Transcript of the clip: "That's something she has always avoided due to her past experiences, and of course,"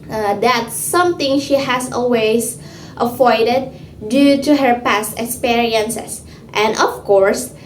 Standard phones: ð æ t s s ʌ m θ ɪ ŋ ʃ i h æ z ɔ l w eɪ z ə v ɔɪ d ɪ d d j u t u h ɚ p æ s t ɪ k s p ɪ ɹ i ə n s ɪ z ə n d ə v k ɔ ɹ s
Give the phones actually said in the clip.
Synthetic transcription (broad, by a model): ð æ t s s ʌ m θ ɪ ŋ ʃ i h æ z ɔ l w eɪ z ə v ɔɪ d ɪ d d j u t u h ɚ p æ s t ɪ k s p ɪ ɹ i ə n s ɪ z ə n d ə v k ɔ ɹ s